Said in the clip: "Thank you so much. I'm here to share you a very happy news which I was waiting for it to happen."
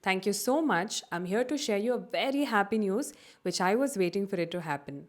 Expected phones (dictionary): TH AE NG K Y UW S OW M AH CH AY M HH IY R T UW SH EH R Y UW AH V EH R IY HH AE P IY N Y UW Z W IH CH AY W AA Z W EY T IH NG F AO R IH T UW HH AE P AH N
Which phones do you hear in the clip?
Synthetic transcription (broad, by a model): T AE NG K Y UW S OW M AH CH AY M HH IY R T UW SH EH R Y UW AH V EH R IY HH AE P IY N Y UW Z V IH CH AY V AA Z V EY T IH NG F AO R IH T UW HH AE P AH N